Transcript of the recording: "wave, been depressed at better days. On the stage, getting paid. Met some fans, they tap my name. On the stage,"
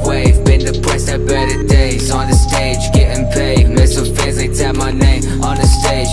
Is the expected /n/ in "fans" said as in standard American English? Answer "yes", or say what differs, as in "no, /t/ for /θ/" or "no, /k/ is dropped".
no, /n/ is dropped